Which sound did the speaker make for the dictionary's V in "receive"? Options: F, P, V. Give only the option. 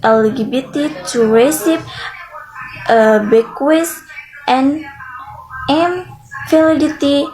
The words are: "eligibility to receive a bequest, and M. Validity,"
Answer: P